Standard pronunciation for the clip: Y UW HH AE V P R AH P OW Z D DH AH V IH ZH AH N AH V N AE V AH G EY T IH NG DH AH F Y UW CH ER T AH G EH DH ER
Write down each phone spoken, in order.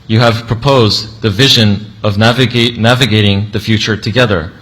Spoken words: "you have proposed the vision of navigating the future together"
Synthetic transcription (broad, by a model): Y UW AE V P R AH P OW Z DH AH V IH ZH AH N AH V N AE V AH G EY T IH NG DH AH F Y UW CH ER T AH G EH DH ER